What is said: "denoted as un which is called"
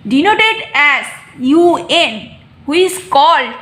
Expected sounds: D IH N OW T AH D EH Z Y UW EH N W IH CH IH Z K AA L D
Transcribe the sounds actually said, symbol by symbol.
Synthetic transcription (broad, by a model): D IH N OW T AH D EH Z Y UW EH N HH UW IH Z K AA L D